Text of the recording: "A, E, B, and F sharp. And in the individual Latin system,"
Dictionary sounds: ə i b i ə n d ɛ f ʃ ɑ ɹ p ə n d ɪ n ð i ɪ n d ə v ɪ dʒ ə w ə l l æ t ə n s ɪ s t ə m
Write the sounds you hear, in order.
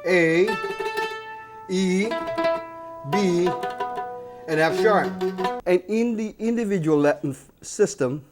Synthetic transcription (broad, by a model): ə i b i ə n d ɛ f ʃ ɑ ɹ ə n ɪ n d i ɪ n d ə v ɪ dʒ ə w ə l l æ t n s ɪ s t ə m